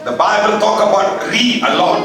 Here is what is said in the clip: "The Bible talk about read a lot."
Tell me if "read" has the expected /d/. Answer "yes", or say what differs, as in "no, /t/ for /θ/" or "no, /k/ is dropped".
no, /d/ is dropped